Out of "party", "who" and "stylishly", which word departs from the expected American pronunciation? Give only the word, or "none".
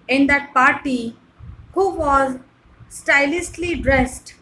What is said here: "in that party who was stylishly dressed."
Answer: stylishly